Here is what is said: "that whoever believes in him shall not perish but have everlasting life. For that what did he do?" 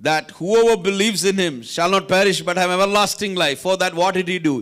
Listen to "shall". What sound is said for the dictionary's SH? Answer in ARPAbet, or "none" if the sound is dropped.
SH